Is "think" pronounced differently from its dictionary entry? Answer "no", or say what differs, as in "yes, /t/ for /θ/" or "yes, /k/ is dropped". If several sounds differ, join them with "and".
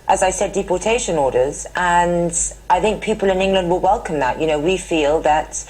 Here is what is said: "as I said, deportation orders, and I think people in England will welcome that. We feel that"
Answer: no